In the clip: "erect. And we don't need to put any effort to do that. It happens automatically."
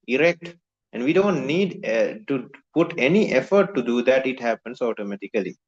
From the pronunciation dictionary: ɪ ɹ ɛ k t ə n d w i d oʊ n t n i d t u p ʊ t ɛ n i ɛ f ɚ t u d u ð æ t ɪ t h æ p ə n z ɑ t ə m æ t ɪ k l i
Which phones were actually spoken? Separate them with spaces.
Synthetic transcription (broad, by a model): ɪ ɹ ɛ k t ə n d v i d oʊ n t n i d t u p ʊ t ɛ n i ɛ f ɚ t u d u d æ t ɪ t h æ p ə n s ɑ t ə m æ t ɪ k l i